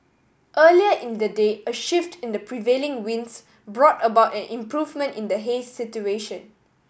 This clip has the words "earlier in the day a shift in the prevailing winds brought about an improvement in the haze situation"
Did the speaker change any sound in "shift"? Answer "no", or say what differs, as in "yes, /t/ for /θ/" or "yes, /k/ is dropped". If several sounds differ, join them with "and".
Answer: no